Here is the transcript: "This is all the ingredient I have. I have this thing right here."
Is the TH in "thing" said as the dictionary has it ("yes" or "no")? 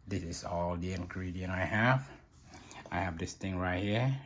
no